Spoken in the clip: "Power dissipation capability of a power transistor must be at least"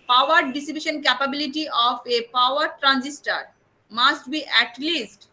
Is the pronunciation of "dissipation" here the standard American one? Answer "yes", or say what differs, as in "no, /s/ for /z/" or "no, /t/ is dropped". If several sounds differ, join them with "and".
no, /b/ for /p/